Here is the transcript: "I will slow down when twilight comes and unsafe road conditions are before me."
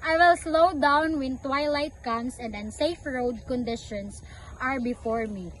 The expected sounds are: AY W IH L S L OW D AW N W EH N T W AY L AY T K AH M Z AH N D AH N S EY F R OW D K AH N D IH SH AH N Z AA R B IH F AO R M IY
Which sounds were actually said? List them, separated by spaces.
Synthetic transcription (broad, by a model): AY W IH L S L OW D AW N W EH N T W AY L AY T K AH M S AH N D AH N S EY F R OW D K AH N D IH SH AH N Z AA R B IH F AO R M IY